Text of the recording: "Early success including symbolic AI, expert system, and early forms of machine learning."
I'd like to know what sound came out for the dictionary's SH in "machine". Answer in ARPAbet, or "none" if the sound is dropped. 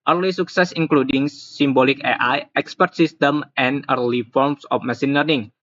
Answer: S